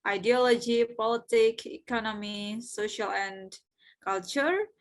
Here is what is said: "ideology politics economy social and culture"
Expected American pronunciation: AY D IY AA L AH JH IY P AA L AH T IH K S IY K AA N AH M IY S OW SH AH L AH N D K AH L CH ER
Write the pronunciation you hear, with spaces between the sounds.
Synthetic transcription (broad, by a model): AY D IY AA L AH JH IY P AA L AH T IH K IY K AA N AH M IY S OW SH AH L AH N D K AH L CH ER